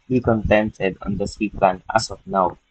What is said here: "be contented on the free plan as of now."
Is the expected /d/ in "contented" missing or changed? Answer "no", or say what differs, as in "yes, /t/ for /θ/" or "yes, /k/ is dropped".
no